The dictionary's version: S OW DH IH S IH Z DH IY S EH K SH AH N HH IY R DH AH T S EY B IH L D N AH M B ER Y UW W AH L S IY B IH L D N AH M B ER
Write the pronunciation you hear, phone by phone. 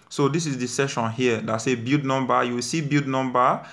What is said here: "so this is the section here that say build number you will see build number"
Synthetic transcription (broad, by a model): S OW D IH S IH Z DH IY S EH SH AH N HH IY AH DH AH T S EY B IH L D N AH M B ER Y UW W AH S IY B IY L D N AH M B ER